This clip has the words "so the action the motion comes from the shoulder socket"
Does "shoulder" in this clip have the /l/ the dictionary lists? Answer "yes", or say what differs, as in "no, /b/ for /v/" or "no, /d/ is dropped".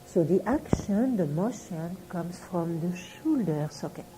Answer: yes